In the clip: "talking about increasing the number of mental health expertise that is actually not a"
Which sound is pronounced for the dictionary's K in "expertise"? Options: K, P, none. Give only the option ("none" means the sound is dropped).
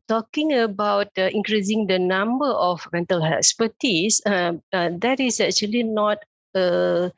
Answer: none